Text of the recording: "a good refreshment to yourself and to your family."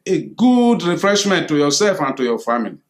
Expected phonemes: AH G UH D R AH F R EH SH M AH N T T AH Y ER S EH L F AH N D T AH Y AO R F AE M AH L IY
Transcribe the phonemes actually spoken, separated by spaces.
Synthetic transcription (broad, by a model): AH G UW D R AH F R EH SH M AH N T T AH Y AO S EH L F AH N T AH Y AO F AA M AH L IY